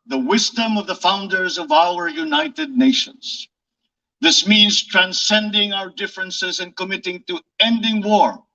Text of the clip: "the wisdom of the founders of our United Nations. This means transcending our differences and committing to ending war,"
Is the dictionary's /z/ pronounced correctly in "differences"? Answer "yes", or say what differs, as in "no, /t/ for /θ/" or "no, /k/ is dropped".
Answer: yes